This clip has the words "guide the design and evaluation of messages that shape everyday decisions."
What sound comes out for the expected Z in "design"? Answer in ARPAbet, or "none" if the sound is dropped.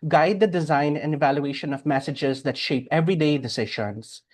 Z